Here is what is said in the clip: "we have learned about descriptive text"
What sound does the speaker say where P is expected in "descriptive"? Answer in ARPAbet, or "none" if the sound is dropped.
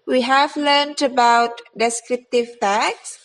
P